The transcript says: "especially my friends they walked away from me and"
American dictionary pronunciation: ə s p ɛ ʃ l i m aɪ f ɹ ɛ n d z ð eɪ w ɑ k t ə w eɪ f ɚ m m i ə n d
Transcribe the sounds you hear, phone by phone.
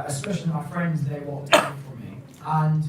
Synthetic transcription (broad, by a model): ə s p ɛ ʃ l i m aɪ f ɹ ɛ n d z ð eɪ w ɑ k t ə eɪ f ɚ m m i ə n